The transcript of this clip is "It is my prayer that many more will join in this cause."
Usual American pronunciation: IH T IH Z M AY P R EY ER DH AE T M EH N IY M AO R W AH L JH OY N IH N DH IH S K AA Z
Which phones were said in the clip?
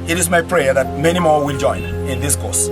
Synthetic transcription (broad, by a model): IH T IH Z M AY P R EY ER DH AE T M EH N IY M AO R W AH L JH OY N IH N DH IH S K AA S